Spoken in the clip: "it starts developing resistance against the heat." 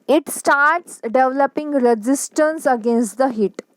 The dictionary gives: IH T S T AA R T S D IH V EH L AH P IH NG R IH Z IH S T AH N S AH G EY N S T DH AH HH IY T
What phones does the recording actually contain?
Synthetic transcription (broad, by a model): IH T S T AA R T S D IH V L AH P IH NG R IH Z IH S T AH N S AH G EY N S T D AH HH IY T